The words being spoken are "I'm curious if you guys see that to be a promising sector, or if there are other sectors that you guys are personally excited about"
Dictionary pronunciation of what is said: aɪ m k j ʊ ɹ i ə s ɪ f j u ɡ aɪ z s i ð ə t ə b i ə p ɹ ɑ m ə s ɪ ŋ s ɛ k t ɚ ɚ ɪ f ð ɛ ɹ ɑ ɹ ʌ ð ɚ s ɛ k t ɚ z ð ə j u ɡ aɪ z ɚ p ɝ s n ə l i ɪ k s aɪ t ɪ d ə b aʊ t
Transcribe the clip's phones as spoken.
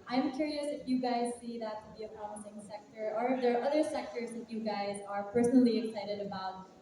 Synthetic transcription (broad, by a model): aɪ m k j ʊ ɹ i ə s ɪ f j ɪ ɡ aɪ z s i ð ə t ə b i ə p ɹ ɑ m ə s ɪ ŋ s ɛ k t ɚ ɚ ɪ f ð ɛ ɹ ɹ ʌ ð ɚ s ɛ k t ɚ z ð ə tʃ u ɡ aɪ z ɚ p ɝ s n l i ɪ k s aɪ t ɪ d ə b aʊ t